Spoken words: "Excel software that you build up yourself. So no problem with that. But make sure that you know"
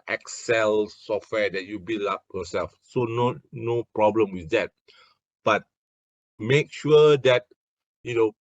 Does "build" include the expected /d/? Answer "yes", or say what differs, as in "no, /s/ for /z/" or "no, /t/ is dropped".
no, /d/ is dropped